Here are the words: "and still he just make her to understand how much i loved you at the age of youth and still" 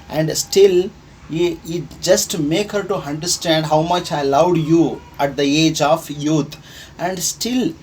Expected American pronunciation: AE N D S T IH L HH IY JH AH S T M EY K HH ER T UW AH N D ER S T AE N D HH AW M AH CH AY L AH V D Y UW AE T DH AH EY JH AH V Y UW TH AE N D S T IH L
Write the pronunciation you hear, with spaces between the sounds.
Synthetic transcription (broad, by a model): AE N D S T IH L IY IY JH AH S T M EY K HH ER T UW AH N D ER S T AE N D HH AW M AH CH AY L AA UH D Y UW AE T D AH EY JH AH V Y UW T AE N D S T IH L